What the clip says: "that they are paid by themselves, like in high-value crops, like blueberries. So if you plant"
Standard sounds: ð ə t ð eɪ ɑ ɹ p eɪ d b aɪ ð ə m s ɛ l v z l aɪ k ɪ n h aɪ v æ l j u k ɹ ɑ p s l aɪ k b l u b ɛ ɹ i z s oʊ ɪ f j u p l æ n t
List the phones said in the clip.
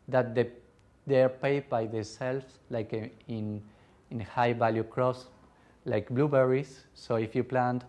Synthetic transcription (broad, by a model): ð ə t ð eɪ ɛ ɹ p eɪ d b aɪ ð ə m s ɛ l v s l aɪ k ɪ n h aɪ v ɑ l j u k ɹ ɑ s l aɪ k b l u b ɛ ɹ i s oʊ ɪ f j u p l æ n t